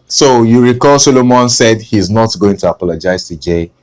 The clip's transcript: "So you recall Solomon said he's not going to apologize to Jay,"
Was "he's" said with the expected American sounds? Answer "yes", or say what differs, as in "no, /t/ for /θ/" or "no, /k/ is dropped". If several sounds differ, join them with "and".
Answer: yes